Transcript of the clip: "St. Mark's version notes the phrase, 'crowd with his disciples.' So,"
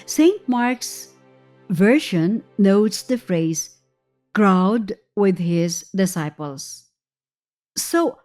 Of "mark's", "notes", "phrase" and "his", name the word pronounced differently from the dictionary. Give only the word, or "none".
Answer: none